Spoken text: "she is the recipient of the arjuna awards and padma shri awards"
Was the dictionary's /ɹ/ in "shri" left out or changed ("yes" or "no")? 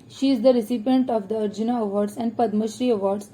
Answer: no